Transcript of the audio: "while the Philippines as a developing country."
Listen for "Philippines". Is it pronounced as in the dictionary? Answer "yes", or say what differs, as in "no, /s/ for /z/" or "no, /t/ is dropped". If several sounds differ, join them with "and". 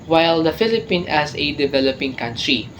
no, /z/ is dropped